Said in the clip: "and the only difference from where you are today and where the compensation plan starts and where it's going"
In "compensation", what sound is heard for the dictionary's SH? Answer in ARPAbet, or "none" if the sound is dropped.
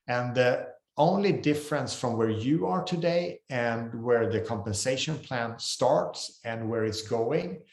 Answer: SH